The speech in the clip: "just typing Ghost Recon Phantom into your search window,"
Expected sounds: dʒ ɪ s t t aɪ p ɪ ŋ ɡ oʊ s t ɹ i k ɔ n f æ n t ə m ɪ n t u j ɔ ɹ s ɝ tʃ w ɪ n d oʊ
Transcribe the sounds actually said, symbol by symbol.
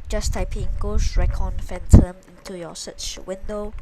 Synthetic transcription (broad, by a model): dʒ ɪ s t t aɪ p ɪ ŋ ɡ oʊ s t ɹ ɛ k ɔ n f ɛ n t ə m ɪ n t u j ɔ s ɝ tʃ w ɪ n d oʊ